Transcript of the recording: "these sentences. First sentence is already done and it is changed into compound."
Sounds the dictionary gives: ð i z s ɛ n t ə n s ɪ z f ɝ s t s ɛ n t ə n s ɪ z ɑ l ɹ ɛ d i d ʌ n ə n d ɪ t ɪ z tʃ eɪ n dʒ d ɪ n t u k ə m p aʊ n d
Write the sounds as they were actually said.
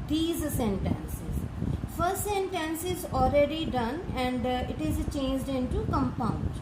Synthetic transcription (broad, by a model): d i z s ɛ n t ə n s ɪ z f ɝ s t s ɛ n t ə n s ɪ z ɑ l ɹ ɛ d i d ʌ n ə n d ɪ t ɪ z tʃ eɪ n dʒ d ɪ n t u k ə m p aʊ n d